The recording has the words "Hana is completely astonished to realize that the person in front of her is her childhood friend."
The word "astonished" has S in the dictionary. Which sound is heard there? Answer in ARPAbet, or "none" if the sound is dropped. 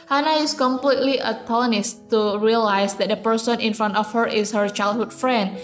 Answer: none